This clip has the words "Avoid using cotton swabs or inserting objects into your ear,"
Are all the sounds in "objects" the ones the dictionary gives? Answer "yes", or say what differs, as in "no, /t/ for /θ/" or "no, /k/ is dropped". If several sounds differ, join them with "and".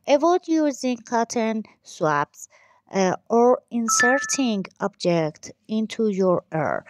no, /s/ is dropped